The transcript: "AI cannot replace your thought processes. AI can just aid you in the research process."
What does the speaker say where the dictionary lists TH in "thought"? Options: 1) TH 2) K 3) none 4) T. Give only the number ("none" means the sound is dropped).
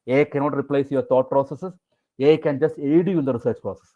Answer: 4